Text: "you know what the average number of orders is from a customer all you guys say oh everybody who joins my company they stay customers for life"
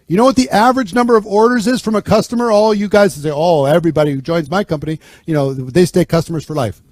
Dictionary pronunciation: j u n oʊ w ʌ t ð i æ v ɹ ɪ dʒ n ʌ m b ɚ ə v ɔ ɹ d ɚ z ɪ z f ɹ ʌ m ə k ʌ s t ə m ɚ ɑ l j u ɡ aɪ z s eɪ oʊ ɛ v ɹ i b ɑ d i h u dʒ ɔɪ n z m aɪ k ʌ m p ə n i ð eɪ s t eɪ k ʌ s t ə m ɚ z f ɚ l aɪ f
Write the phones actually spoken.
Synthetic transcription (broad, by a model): j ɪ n oʊ w ʌ t ð i æ v ɹ ɪ dʒ n ʌ m b ɚ ə v ɔ ɹ d ɚ z ɪ z f ɹ ʌ m ə k ʌ s t ə m ɚ ɑ l j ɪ ɡ aɪ z s eɪ oʊ ɛ v ɹ i b ɑ d i h u dʒ ɔɪ n z m aɪ k ʌ m p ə n i ð eɪ s t eɪ k ʌ s t ə m ɚ z f ɚ l aɪ f